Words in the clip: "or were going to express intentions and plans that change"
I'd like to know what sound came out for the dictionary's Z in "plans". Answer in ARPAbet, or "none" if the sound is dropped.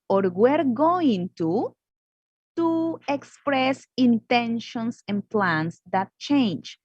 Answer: S